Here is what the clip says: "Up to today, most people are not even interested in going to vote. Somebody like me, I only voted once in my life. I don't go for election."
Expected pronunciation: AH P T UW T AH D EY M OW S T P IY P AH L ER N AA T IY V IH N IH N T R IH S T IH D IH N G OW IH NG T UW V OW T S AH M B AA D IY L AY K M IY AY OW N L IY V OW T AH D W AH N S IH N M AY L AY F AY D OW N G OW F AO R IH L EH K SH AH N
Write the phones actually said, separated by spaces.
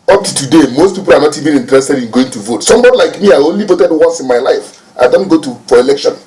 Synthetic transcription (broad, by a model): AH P T UW T AH D EY M OW S T P IY P AH L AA N AA T IY V IH N IH N T R IH S T IH D IH N G OW IH NG T UW V OW T S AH M B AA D IY L AY K M IY AY OW N L IY V OW T AH D W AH S IH N M AY L AY F AY D OW N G OW F AO R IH L EH K SH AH N